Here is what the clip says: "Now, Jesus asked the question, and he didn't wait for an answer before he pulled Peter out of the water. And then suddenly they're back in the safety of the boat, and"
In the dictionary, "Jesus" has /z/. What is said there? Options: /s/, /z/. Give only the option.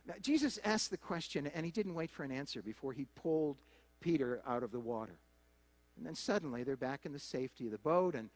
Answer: /z/